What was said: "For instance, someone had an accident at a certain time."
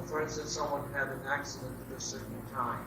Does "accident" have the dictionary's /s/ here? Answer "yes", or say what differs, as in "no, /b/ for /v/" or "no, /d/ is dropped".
yes